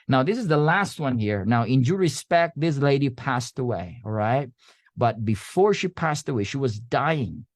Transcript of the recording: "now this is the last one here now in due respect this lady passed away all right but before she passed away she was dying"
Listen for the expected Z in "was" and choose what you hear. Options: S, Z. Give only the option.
Z